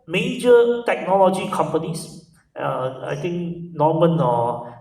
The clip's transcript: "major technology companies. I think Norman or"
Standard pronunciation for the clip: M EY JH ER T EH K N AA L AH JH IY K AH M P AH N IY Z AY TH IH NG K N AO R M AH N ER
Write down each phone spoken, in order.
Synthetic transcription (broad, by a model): M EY JH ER T EH K N AA L AH JH IY K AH M P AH N IY S AY T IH NG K N AO M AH N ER